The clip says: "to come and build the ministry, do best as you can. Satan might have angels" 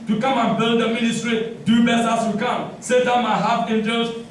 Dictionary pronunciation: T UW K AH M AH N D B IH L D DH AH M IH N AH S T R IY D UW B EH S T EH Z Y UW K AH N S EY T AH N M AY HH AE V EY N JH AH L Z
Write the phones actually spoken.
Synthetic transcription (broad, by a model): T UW K AH M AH N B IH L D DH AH M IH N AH S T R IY D UW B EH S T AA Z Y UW K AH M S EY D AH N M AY HH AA F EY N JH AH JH